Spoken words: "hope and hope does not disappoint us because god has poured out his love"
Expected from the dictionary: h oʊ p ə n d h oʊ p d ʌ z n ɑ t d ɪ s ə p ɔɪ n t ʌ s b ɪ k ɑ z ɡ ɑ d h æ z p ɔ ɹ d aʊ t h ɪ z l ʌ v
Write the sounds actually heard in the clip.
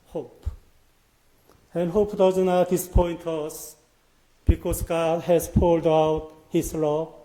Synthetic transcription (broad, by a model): h oʊ p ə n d h oʊ p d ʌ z n ɑ t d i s p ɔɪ n t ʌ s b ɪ k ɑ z ɡ ɑ d h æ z p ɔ l d aʊ t h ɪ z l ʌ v